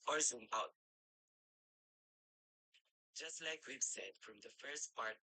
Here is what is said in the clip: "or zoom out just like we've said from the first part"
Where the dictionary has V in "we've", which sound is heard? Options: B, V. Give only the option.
B